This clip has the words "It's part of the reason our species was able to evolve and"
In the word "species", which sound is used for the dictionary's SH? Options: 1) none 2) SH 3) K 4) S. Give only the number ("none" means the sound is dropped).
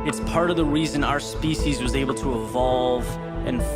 2